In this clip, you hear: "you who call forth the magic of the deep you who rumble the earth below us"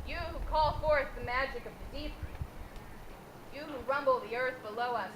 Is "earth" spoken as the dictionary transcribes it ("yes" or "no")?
yes